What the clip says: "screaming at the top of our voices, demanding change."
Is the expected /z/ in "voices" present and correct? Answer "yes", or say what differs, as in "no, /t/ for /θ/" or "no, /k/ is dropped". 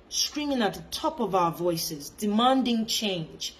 yes